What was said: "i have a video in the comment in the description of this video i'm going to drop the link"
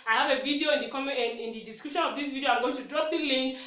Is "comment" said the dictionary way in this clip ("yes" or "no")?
no